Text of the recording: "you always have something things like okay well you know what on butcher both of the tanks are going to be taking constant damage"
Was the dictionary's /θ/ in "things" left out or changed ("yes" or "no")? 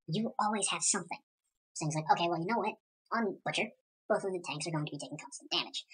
yes